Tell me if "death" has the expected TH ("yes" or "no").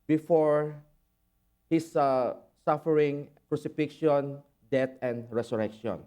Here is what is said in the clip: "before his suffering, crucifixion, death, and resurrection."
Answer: no